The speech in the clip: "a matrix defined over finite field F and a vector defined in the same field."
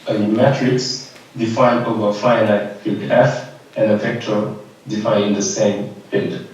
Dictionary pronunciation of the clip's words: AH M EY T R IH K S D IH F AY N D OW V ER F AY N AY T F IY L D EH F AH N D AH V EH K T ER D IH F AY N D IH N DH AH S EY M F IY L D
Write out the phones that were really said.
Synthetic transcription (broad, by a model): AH M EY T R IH K S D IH F AY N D OW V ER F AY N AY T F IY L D EH F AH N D AH P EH K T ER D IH F AY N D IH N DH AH S EY M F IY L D